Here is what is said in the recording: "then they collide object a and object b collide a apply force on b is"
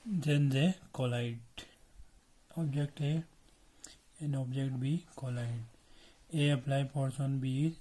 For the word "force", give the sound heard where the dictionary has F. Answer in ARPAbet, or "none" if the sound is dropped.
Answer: P